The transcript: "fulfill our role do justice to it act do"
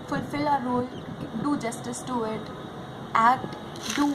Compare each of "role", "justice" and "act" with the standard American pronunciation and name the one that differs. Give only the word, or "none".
act